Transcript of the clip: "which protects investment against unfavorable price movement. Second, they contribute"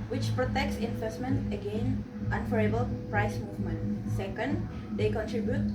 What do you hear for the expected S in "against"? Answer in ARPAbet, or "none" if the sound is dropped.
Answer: none